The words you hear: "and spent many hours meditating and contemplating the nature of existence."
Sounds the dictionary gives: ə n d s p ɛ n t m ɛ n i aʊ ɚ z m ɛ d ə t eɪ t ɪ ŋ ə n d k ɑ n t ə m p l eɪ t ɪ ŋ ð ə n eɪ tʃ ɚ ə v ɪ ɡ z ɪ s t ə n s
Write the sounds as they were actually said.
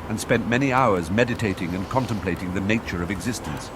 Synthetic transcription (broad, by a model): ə n s p ɛ n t m ɛ n i aʊ ɚ z m ɛ d ə t eɪ t ɪ ŋ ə n k ɑ n t ə m p l eɪ t ɪ ŋ ð ə n eɪ tʃ ɚ ə v ɪ ɡ z ɪ s t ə n s